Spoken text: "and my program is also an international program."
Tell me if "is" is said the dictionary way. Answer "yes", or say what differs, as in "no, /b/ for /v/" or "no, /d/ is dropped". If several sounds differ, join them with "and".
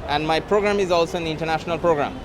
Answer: yes